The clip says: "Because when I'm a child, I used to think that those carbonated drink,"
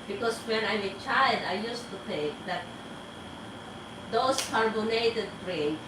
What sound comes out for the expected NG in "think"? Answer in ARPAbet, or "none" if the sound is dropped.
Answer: none